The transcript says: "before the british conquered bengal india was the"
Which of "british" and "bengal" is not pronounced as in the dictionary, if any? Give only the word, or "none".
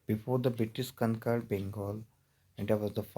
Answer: british